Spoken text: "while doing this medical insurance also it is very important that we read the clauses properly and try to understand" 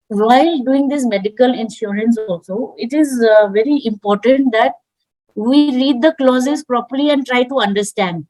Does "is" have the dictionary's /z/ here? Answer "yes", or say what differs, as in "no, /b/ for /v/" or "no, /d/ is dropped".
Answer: yes